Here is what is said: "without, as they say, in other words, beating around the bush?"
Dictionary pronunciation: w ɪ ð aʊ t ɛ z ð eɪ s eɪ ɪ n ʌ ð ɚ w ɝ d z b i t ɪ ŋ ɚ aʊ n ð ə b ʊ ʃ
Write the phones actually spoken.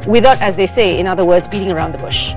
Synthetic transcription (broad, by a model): w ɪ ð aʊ t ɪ z ð eɪ s eɪ ɪ n ʌ ð ɚ w ɝ d z b i t ɪ ŋ ɚ aʊ n ð ə b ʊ ʃ